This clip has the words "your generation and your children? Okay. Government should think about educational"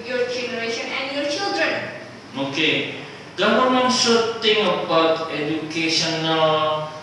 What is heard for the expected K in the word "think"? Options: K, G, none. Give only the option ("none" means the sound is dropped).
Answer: none